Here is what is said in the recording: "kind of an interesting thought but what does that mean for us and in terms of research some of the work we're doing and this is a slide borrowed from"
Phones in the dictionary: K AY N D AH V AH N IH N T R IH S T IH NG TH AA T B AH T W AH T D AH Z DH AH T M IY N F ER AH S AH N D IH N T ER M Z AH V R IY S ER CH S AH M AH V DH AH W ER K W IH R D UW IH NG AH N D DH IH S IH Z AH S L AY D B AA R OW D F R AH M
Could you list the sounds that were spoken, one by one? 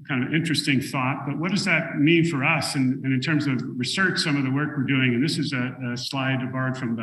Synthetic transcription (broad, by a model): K AY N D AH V IH N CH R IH S T IH NG TH AA T B AH T W AH T D AH Z DH AH T M IY N F ER AH S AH N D IH N T ER M Z AH V R IY S ER CH S AH M AH V DH AH W ER K W IH R D UW IH NG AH N DH IH S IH Z AH S L AY D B AA R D F R AH M